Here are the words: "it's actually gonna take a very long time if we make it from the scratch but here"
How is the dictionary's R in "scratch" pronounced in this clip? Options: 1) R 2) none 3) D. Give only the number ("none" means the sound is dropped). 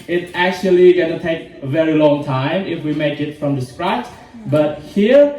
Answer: 1